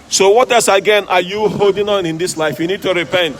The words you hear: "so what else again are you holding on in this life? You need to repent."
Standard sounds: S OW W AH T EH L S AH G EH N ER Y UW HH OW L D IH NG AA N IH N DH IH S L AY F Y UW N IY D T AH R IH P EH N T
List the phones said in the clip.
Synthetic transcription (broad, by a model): S OW W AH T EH S AH G EH N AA Y UW HH OW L D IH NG AA N IH N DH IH S L AY F Y UW N IY D T AH R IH P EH N T